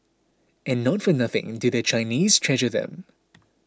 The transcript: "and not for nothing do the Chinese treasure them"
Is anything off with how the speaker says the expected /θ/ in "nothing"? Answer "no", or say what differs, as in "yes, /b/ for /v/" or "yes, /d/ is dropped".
no